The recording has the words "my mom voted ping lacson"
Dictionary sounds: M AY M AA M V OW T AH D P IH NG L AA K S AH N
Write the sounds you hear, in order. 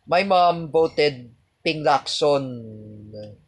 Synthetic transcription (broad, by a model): M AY M AA M B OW T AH D P IH NG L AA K S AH N